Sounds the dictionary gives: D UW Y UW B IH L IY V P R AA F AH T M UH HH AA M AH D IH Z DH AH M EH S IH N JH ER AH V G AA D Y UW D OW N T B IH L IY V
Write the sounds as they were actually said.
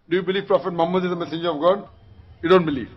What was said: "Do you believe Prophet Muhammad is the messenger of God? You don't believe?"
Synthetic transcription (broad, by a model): D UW Y UW B IH L IY V P R AA F AH T M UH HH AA M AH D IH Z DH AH M EH S IH N JH ER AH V G AA D Y UW D OW N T B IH L IY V